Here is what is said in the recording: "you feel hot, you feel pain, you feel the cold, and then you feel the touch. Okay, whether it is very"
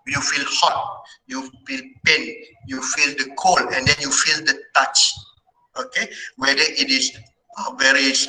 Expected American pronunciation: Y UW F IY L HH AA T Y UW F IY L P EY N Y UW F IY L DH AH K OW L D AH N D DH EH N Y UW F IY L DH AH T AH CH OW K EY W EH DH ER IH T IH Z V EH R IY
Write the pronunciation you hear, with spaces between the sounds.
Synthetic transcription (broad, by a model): Y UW F IY L HH AA T Y UW F IY L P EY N Y UW F IY L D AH K OW L AH N D EH N Y UW F IY L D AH T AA CH OW K EY W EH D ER IH T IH S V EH R IY